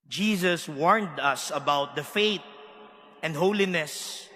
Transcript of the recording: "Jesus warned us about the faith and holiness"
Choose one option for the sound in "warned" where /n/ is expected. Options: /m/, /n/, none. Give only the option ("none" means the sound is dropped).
/n/